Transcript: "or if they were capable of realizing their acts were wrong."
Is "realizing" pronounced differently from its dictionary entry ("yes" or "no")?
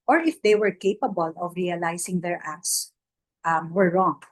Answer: yes